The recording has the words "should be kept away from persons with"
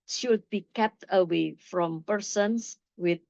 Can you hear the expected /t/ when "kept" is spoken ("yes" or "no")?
yes